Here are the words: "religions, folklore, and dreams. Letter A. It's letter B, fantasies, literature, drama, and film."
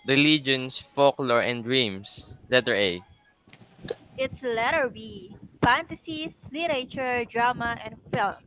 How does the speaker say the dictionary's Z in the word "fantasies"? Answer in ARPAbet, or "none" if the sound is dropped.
S